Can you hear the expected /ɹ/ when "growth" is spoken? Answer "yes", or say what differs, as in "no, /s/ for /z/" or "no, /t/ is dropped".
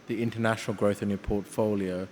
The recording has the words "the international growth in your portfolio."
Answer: yes